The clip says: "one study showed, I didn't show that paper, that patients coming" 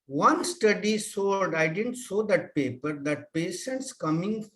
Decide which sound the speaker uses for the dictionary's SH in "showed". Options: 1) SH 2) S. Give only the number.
2